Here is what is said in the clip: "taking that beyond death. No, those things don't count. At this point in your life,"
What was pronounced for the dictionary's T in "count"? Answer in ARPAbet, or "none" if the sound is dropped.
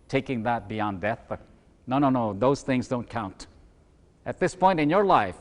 T